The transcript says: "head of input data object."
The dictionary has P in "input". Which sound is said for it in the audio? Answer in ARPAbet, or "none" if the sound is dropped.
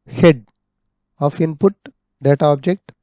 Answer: P